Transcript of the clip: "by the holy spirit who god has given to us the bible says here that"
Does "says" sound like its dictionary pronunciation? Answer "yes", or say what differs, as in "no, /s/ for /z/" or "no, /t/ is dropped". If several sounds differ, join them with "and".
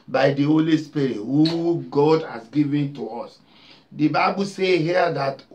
no, /z/ is dropped